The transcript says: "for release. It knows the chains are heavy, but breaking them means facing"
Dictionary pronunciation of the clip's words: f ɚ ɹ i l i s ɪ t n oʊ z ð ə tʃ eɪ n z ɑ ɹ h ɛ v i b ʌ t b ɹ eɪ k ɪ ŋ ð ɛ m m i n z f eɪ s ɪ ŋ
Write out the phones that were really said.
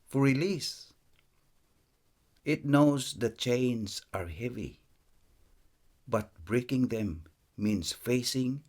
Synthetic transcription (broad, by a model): f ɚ ɹ i l i s ɪ t n oʊ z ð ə tʃ eɪ n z ɑ ɹ h ɛ v i b ʌ t b ɹ eɪ k ɪ ŋ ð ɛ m m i n s f eɪ s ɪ ŋ